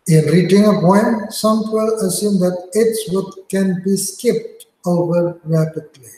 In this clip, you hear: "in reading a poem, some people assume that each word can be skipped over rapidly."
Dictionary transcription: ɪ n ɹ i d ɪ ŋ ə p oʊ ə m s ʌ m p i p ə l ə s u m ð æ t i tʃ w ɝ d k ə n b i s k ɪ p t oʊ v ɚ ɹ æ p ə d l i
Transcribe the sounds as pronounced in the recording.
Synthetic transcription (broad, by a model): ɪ n ɹ i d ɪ ŋ ə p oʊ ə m s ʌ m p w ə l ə s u m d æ t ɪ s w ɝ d k ə n b i s k ɪ p t oʊ v ɚ ɹ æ p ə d l i